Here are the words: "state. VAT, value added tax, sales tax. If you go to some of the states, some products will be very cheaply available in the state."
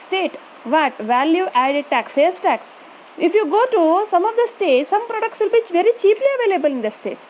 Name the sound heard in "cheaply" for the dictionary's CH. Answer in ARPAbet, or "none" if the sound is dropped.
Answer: CH